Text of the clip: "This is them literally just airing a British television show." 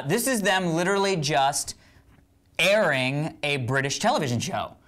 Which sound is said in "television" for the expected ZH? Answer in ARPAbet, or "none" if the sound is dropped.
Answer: ZH